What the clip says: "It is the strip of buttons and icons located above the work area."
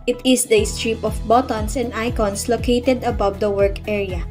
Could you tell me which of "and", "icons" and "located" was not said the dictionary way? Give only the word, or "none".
icons